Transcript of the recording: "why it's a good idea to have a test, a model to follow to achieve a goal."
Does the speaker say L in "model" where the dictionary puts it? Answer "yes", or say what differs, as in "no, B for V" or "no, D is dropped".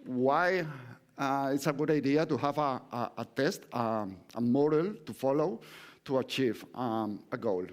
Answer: yes